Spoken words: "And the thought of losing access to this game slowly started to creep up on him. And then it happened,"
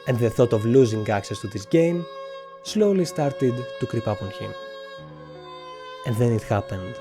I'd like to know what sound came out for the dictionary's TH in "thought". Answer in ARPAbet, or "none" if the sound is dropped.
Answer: TH